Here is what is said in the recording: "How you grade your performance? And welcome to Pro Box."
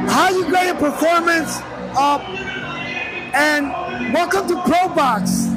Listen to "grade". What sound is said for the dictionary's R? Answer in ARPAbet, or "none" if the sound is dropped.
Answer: none